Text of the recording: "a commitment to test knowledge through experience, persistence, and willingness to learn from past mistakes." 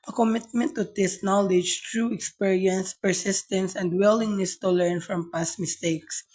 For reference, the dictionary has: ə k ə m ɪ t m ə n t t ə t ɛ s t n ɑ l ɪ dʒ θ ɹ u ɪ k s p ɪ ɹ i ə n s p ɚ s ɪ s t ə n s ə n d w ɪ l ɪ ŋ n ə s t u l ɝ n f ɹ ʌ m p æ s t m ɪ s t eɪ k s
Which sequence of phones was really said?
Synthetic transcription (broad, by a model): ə k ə m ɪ t m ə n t t ə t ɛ s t n ɑ l ɪ dʒ t ɹ u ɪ k s p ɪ ɹ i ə n s p ɚ s ɪ s t ə n s ə n d w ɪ l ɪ ŋ n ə s t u l ɝ n f ɹ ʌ m p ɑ s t m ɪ s t eɪ k s